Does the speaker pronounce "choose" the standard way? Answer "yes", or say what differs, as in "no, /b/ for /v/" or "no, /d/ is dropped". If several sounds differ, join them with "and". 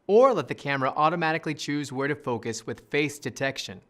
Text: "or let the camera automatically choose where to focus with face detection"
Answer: yes